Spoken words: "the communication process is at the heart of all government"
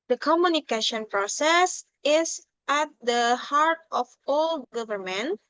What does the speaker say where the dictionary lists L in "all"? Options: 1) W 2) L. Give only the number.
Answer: 2